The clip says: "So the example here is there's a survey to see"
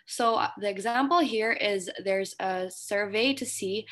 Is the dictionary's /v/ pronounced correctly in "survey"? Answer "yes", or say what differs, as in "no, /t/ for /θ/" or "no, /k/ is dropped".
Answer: yes